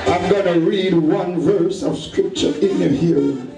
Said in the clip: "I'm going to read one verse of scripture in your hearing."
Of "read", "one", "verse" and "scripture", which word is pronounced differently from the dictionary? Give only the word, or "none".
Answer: none